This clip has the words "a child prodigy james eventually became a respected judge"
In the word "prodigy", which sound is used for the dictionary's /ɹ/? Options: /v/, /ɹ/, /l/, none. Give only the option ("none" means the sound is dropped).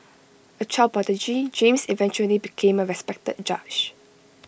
none